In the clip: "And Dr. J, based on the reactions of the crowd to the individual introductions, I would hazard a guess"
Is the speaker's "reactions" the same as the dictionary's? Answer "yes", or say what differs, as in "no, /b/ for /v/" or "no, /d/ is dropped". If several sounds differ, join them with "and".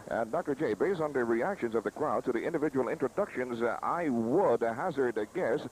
yes